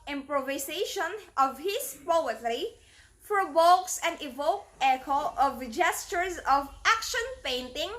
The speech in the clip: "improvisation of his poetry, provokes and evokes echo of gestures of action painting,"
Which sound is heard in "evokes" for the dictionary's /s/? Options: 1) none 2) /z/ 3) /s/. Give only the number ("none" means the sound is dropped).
1